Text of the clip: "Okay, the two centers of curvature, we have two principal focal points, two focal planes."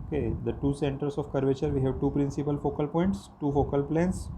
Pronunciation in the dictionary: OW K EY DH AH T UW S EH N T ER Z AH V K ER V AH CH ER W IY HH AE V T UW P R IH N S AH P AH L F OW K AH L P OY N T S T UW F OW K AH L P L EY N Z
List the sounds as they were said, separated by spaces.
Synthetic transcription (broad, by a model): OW K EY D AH T UW S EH N T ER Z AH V K ER V AH CH ER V IY HH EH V T UW P R IH N S AH P AH L F OW K AH L P OY N T S T UW F OW K AH L P L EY N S